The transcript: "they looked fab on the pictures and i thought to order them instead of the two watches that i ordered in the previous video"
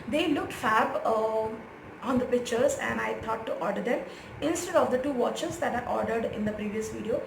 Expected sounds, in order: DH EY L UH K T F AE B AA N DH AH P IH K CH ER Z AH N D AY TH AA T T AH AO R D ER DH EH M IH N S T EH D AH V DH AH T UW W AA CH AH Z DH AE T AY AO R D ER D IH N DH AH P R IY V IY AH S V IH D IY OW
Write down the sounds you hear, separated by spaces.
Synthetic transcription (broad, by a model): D EY L UH K T F AE B AA N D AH P IH K CH ER Z AH N D AY T AA T T AO R D ER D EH M IH N S T EH D AH V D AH T UW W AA CH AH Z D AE T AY AO R D ER D IH N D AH P R IY V IY AH S V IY D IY OW